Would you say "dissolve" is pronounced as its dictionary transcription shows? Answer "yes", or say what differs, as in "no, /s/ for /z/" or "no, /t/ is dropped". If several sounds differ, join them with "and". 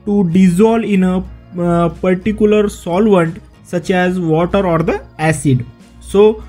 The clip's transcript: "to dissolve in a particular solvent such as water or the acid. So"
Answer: no, /v/ is dropped